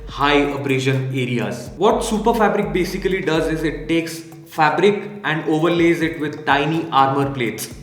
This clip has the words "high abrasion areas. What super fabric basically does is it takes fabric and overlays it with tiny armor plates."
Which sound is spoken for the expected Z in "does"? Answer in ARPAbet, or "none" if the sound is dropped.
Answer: Z